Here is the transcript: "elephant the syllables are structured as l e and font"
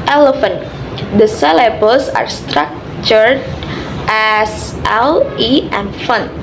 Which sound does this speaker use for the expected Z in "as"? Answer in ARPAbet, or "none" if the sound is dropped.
S